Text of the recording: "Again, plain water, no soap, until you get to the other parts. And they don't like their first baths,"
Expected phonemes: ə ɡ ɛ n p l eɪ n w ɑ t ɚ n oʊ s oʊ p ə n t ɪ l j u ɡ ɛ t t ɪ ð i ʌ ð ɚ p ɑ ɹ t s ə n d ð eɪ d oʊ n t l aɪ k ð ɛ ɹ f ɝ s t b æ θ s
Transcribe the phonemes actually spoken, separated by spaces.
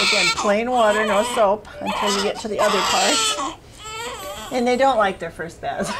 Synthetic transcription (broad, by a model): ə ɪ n p l eɪ n w ɑ t ɚ n oʊ s oʊ p ə n t ɪ l j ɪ ɡ ɛ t t ɪ ð i ʌ ð ɚ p ɑ ɹ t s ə n ð eɪ d oʊ n t l aɪ k ð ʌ ɹ f ɝ s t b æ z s